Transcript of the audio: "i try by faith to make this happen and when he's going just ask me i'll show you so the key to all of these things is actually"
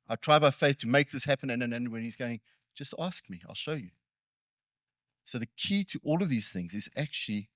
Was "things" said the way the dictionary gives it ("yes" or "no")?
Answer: yes